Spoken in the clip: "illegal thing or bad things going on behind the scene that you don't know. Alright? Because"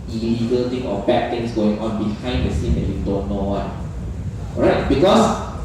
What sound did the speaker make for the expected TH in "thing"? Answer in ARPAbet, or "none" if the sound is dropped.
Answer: T